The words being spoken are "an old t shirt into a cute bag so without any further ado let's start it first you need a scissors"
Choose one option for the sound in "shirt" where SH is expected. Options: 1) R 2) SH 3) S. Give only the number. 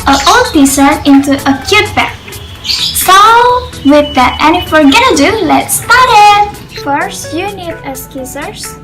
3